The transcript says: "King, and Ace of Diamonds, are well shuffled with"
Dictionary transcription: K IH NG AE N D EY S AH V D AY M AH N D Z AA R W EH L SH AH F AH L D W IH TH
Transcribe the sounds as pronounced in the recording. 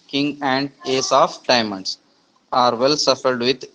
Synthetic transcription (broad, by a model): K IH NG AE N D EY S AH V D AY M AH N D S AA R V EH L S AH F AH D D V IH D